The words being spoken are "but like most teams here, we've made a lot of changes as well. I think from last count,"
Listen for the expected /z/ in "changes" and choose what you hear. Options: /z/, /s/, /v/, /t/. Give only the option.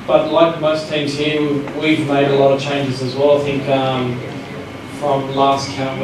/z/